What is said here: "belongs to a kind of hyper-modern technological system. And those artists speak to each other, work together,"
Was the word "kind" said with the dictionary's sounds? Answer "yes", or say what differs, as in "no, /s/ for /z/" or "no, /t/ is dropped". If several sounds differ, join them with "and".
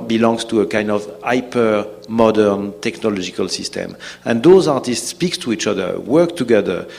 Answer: yes